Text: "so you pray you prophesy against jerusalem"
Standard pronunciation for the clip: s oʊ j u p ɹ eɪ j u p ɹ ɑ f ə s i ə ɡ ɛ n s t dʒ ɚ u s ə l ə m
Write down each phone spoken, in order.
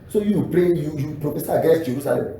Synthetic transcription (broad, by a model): s oʊ j u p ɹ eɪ j u p ɹ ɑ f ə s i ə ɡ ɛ s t dʒ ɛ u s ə l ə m